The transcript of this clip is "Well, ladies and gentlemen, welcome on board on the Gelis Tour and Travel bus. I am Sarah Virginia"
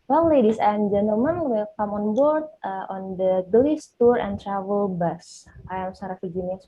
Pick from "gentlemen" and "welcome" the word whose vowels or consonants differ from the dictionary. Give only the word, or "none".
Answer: welcome